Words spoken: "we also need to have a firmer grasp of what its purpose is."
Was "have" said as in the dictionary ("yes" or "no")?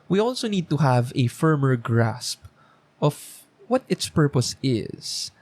yes